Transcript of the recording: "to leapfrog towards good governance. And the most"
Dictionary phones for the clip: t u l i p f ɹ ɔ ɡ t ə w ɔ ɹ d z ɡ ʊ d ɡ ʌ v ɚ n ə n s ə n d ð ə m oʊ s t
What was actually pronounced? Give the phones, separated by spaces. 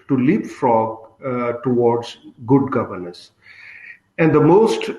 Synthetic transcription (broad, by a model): t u l i p f ɹ ɔ ɡ t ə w ɔ ɹ d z ɡ ʊ d ɡ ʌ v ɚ n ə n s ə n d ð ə m oʊ s t